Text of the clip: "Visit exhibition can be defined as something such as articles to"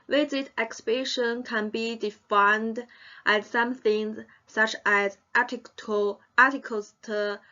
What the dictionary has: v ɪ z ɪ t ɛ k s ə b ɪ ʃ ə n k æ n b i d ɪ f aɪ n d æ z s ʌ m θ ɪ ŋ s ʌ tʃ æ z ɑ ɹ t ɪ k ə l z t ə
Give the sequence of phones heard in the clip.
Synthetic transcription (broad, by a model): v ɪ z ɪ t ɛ k s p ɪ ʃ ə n k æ n b i d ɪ f aɪ n d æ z s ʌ m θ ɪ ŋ s ʌ tʃ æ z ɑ l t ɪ k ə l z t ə